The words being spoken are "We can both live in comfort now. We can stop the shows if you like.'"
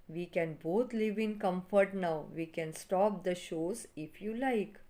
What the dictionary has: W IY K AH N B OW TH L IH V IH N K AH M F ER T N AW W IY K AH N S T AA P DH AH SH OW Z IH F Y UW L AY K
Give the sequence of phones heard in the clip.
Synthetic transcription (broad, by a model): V IY K AH N B OW T L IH V IH N K AH M F ER T N AW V IY K AH N S T AA P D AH SH OW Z IH F Y UW L AY K